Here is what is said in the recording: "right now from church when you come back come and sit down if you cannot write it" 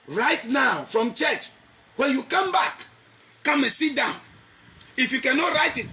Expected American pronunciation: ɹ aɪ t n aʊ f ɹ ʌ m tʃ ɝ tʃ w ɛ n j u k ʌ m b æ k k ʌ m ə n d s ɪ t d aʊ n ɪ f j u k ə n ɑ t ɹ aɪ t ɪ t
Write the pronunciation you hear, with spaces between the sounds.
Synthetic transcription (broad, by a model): ɹ aɪ t n aʊ f ɹ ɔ m tʃ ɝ tʃ w ɛ n j u k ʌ m b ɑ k k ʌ m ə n s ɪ t d aʊ n ɪ f j u k ə n ɑ t ɹ aɪ t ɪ t